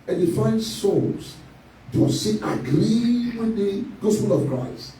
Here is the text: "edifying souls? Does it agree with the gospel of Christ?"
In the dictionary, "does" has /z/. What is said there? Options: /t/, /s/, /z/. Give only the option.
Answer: /s/